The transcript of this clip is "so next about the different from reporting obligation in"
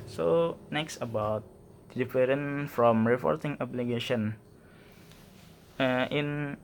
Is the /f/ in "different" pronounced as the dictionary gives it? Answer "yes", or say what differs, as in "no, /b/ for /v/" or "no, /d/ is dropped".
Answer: no, /f/ is dropped